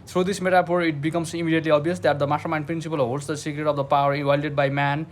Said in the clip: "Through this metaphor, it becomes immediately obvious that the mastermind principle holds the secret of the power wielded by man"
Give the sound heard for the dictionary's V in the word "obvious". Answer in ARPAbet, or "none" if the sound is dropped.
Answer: none